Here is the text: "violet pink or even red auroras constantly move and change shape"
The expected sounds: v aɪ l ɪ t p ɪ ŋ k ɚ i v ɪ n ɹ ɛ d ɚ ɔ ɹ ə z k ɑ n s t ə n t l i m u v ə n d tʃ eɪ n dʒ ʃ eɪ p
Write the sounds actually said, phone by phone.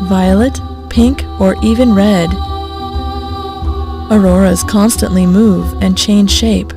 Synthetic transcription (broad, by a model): v aɪ l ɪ t p ɪ ŋ k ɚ i v ɪ n ɹ ɛ d ɚ ɔ ɹ ə z k ɑ n s t ə n t l i m u v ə n tʃ eɪ n ʒ ʃ eɪ p